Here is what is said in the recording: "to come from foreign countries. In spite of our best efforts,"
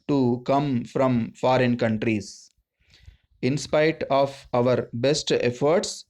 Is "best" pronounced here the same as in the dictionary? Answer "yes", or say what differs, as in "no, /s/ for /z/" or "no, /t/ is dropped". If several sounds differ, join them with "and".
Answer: yes